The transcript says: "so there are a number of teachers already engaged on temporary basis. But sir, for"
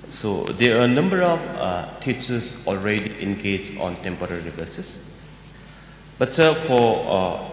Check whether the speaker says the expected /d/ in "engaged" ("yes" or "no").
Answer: no